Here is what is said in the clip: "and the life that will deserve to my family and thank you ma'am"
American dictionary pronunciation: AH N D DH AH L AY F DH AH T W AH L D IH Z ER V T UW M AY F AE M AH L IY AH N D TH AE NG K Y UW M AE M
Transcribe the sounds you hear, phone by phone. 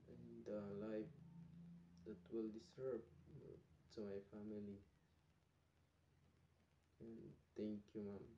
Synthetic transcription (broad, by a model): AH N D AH L AY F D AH T W AH L D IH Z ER B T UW M AY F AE M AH L IY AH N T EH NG K Y UW M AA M